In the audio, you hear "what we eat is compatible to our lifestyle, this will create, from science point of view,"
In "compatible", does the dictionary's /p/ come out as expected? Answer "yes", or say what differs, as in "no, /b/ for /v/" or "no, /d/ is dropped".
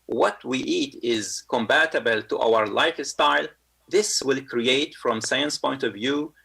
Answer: no, /b/ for /p/